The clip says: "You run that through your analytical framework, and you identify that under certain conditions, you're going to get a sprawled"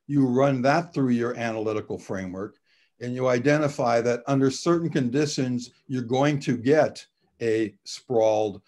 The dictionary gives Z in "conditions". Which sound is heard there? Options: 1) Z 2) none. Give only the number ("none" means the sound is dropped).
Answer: 1